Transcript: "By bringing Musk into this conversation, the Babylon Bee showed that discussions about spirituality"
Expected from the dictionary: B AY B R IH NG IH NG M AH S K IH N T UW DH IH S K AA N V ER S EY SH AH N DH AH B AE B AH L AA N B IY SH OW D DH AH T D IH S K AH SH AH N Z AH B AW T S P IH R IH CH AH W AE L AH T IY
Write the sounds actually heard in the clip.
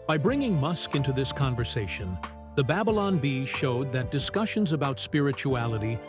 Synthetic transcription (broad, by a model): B AY B R IH NG IH NG M AH S K IH N T UW DH IH S K AA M V ER S EY SH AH N DH AH B AE B AH L AA N B IY SH OW D DH AH T D IH S K AH SH AH N Z AH B AW T S P IH R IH CH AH AE L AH T IY